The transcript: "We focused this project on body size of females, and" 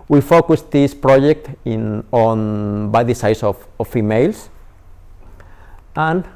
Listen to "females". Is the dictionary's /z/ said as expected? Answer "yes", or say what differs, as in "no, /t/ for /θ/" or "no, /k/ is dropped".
no, /s/ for /z/